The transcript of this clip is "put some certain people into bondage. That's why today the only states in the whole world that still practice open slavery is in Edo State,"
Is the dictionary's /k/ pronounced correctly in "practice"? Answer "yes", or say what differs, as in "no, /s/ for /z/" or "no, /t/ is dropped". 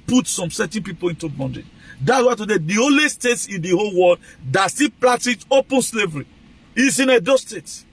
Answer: no, /k/ is dropped